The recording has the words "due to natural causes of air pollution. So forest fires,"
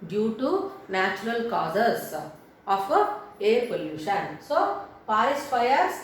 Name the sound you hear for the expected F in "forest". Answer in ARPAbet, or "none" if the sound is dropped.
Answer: P